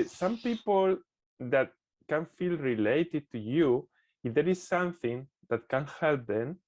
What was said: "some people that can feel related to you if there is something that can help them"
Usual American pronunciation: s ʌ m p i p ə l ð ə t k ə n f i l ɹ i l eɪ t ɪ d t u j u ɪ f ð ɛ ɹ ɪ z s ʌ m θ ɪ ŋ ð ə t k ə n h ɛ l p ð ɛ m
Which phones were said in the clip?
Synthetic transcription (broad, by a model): s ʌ m p i p ə l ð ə t k ə n f i l ɹ i l eɪ t ɪ d t u j u ɪ f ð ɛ ɹ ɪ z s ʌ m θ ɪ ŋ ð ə t k ə n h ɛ l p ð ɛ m